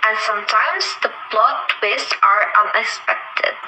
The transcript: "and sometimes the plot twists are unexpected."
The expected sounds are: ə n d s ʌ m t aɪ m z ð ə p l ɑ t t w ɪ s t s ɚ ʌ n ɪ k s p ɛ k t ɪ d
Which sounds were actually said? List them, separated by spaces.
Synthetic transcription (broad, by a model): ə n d s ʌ m t aɪ m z ð ə b l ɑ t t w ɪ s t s ɚ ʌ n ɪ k s p ɛ k t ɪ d